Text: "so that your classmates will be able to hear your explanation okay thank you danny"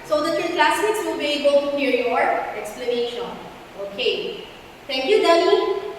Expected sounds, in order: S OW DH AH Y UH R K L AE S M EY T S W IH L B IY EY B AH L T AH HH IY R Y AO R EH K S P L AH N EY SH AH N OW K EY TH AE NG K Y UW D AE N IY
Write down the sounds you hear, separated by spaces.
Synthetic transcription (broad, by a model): S OW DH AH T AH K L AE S IH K S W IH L B IY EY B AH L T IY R Y AO R EH K S P L AH N EY SH AH N OW K EY T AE NG K Y UW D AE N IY